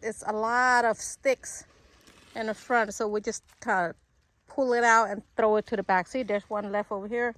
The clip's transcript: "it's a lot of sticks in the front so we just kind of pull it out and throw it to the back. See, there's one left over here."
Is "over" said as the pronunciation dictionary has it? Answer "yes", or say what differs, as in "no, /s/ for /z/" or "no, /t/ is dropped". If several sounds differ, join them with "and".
yes